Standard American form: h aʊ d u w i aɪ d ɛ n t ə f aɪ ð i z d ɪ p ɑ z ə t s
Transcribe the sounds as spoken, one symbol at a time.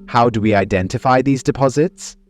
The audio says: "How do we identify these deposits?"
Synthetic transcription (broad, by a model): h aʊ d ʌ w i aɪ d ɛ n t ə f aɪ ð i z d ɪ p ɑ z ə t s